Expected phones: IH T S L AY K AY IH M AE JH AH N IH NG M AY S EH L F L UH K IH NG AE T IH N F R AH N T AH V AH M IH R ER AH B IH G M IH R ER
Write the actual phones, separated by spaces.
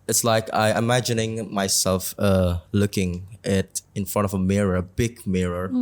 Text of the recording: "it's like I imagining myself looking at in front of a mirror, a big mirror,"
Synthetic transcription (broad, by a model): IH T S L AY K AY IH M AE JH AH N IH NG M AY S EH L F L UH K IH NG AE T IH N F R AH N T AH V AH M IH R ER AH B IH G M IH R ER